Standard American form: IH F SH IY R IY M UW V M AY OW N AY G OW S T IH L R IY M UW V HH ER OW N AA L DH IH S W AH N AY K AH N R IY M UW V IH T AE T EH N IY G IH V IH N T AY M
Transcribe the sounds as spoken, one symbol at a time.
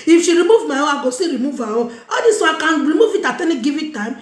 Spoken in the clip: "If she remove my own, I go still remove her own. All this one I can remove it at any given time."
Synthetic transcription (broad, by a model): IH F SH IY R IY M UW V M AY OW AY G OW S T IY R IY M UW V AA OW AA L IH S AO AY K AH N R IY M UW V IH T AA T EH N IY G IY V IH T T AY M